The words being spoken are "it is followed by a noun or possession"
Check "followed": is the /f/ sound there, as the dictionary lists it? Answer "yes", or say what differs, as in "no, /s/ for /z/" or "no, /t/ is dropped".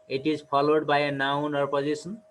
no, /p/ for /f/